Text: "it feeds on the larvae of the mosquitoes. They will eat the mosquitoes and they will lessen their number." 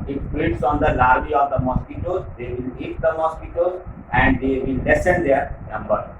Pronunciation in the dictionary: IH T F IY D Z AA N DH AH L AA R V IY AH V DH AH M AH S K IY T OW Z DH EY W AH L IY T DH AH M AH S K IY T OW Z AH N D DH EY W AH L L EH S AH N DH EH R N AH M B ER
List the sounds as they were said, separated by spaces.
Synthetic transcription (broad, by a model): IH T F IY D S AA N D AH L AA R B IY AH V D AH M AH S K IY T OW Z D EY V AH L IY T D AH M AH S K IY T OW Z AH N D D EY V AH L L EH S AH N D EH R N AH M B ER